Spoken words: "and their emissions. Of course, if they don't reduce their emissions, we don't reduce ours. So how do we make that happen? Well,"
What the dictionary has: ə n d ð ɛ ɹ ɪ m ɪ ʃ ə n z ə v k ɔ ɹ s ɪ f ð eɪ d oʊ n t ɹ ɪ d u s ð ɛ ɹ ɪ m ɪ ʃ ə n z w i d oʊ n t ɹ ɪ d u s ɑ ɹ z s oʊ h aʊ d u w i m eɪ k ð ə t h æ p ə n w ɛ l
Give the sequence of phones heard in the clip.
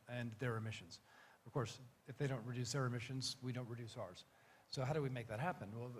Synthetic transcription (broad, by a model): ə n ð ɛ ɹ ɪ m ɪ ʃ ə n z ə v k ɔ ɹ s ɪ f ð eɪ d oʊ n t ɹ ɪ d u s ð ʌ ɹ ɪ m ɪ ʃ ə n z w i d oʊ n t ɹ ɪ d u s ɑ ɹ z s oʊ h aʊ d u w i m eɪ k ð ə t h æ p ə n w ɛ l